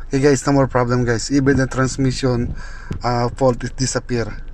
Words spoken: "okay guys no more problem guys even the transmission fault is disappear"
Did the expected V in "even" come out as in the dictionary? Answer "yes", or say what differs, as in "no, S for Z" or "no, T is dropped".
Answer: no, B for V